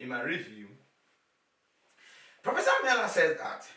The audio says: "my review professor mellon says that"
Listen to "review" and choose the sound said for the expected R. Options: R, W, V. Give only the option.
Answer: R